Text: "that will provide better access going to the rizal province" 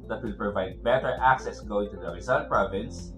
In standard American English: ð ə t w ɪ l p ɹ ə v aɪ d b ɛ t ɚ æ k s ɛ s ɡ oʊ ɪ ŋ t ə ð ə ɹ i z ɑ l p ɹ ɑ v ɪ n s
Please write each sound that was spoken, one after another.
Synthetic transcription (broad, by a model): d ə t w ɪ l p ɹ ə v aɪ d b ɛ t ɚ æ k s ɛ s ɡ oʊ ɪ ŋ t ə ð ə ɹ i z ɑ n p ɹ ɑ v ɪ n s